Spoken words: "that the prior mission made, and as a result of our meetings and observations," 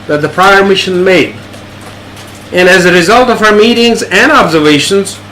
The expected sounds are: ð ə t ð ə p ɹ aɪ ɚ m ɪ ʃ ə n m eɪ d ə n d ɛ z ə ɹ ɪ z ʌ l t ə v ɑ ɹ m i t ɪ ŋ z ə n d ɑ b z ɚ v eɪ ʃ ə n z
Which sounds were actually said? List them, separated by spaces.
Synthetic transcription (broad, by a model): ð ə t ð ə p ɹ aɪ ɚ m ɪ ʃ ə n m eɪ d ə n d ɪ z ə ɹ ɪ z ʌ l t ə v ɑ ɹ m i t ɪ ŋ z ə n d ɑ b z ɚ v eɪ ʃ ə n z